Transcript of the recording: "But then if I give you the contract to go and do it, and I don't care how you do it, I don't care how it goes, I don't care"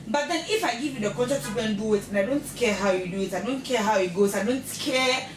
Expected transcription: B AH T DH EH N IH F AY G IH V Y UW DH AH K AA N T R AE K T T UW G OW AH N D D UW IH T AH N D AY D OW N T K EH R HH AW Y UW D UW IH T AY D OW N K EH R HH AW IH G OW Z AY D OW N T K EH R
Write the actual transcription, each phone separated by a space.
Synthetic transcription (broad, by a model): B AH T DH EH N IH F AY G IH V Y UW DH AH K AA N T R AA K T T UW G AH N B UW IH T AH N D AY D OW N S K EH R HH AW Y UW D UW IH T AY D OW N K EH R HH AW IH G OW S AY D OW N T K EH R